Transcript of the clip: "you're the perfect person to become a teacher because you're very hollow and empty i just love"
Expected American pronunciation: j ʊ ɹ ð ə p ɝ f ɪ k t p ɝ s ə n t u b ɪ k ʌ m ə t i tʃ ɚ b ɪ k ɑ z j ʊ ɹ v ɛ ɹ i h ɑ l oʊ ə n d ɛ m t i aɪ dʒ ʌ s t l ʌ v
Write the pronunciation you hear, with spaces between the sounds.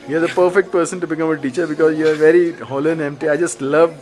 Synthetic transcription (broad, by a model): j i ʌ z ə p ɝ f ɪ k t p ɝ s ə n t u b ɪ k ʌ m ə t i tʃ ɚ b ɪ k ɑ z j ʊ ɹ v ɛ ɹ i h ɑ l oʊ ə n ɛ m t i aɪ dʒ ʌ s t l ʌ v